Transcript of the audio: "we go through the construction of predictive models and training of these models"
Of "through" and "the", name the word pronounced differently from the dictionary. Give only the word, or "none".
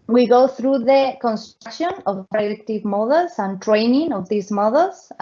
none